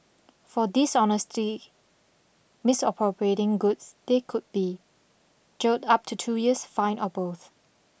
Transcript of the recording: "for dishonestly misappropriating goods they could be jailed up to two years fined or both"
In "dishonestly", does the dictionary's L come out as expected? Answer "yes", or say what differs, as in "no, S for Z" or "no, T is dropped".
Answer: no, L is dropped